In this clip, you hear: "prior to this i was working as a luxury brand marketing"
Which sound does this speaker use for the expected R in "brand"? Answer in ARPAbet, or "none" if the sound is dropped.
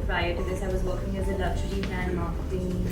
none